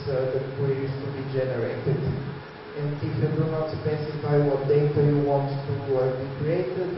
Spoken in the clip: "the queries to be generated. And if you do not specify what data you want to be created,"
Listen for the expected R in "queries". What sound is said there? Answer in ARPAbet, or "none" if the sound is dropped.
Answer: W